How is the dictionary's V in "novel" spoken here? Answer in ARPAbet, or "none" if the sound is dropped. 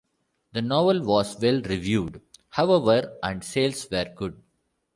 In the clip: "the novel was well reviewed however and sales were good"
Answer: V